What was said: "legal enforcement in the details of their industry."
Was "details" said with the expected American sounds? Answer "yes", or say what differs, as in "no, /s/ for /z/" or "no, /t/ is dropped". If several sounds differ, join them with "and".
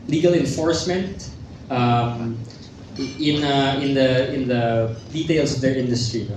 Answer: no, /s/ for /z/